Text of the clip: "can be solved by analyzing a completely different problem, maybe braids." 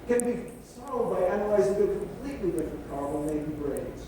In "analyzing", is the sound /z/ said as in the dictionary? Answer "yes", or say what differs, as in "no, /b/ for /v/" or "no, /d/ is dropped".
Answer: yes